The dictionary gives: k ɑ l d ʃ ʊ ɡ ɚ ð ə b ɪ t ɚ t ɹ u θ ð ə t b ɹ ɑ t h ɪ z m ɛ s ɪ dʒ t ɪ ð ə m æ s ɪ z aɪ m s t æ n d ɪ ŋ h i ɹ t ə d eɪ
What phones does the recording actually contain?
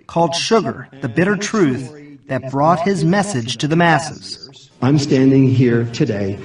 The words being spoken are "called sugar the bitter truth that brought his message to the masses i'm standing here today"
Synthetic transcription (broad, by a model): k ɑ l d ʃ ʊ ɡ ɚ ð ə b ɪ t ɚ t ɹ u θ ð ə t b ɹ ɑ t h ɪ z m ɛ s ɪ dʒ t ɪ ð ə m æ s ɪ z aɪ m s t æ n d ɪ ŋ h i ɹ t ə d eɪ